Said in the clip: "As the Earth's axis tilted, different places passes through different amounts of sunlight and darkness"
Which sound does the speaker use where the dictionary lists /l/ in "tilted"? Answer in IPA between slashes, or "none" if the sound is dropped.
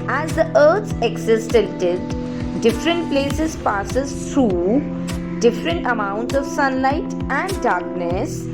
none